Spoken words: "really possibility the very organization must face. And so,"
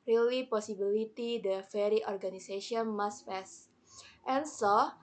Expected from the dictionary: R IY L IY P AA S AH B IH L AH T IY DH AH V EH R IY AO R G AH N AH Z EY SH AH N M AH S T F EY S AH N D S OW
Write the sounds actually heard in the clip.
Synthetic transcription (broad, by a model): R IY L IY P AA S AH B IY L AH T IY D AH F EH R IY AO R G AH N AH S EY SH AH N M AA S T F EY S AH N S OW